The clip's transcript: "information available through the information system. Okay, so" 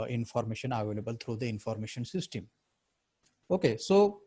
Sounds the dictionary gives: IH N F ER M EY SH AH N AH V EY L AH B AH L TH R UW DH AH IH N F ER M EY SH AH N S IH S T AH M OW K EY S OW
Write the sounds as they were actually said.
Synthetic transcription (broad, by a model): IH N F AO M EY SH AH N AH V EY L AH B AH L T R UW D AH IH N F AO M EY SH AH N S IH S T AH M OW K EY S OW